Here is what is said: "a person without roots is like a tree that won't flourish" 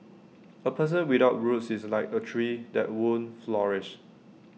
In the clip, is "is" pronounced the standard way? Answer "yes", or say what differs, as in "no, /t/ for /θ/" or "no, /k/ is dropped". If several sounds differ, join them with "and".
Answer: no, /s/ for /z/